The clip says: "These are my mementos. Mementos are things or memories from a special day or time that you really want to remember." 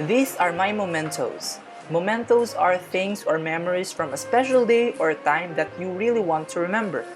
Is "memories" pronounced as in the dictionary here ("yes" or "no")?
no